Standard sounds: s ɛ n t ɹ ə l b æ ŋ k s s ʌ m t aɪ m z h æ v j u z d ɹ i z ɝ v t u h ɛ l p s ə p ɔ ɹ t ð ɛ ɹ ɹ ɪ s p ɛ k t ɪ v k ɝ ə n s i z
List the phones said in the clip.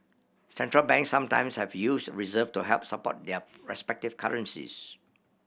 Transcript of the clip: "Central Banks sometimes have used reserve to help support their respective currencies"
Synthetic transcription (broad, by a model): s ɛ n t ɹ ə l b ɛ ŋ k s s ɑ m t aɪ m s h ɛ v j u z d ɹ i z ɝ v t u h ɛ l p s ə p ɔ t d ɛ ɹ ɹ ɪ s p ɛ k t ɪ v k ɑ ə n s i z